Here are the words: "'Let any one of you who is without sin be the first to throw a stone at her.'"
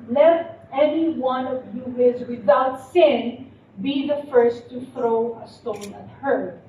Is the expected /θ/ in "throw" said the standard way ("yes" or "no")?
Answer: yes